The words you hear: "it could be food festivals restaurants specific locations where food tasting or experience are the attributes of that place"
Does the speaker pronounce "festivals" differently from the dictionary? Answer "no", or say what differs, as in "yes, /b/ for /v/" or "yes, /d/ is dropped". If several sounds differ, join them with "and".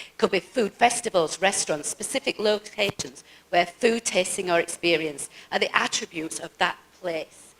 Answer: no